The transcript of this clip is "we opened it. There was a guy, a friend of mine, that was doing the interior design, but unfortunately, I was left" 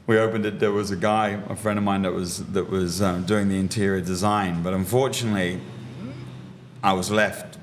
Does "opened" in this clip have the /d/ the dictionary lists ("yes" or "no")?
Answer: yes